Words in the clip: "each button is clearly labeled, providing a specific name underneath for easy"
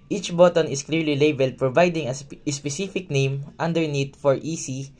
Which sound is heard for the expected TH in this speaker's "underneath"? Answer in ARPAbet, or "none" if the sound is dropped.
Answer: T